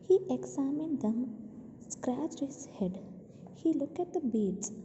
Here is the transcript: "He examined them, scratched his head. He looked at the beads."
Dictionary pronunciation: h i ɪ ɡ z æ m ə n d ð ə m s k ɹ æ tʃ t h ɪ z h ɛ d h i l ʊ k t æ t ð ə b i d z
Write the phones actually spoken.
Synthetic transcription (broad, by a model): h i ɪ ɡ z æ m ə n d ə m s k ɹ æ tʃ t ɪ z h ɛ d h i l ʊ k æ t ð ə b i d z